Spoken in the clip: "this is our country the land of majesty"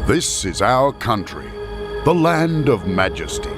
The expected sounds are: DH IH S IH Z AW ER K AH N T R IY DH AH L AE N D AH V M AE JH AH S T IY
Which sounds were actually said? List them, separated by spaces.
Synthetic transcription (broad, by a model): DH IH S IH Z AW ER K AH N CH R IY DH AH L AE N D AH V M AE JH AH S T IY